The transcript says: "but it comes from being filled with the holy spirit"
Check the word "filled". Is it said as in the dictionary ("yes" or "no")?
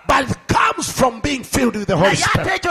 yes